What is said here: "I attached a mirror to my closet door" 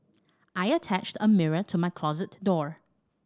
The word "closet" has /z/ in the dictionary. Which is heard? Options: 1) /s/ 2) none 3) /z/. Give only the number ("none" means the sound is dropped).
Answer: 3